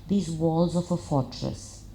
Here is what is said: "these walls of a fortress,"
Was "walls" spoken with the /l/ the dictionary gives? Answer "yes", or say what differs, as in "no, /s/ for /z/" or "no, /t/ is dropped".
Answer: yes